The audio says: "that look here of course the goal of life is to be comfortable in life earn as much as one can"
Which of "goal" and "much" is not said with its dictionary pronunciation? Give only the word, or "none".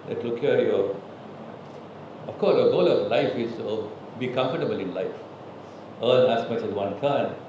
much